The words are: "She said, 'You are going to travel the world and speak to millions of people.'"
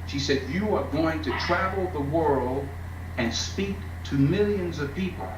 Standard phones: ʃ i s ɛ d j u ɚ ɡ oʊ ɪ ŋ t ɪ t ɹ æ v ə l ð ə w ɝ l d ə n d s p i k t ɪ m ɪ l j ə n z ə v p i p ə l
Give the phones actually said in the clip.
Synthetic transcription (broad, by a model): ʃ i s ɛ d j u ɚ ɡ oʊ ɪ ŋ t ɪ t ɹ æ v l ð ə w ɝ l d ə n s p i k t ɪ m ɪ l j ə n z ə v p i p l